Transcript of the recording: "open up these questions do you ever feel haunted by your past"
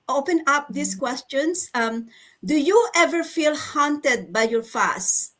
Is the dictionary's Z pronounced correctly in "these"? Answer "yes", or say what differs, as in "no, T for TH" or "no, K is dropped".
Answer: no, S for Z